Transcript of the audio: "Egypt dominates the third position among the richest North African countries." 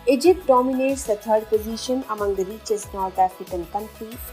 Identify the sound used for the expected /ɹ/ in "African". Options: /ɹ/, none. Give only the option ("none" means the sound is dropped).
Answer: none